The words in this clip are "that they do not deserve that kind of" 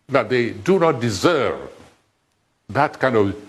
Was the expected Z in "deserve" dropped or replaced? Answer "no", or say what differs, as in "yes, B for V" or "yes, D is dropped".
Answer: no